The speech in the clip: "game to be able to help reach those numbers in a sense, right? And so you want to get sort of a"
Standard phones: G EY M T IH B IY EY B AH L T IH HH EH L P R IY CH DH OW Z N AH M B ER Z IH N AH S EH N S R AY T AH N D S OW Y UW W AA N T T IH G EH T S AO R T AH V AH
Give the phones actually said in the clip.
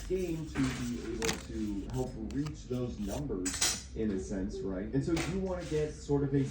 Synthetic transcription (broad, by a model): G EY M T IH B IY EY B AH L T IH HH EH L P R IY CH DH OW Z N AH M B ER Z IH N AH S EH N S R AY T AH N S OW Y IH W AA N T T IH G EH T S AO R T AH V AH